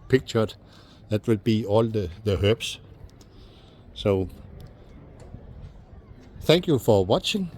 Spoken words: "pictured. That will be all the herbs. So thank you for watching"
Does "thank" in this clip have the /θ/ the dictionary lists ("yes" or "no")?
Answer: yes